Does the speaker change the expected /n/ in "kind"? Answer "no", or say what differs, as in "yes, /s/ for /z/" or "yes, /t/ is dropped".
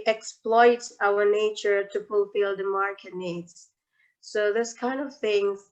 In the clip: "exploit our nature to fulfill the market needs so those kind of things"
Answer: no